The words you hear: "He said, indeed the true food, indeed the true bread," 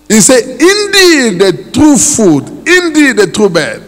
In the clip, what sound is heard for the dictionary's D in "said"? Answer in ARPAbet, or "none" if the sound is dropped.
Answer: none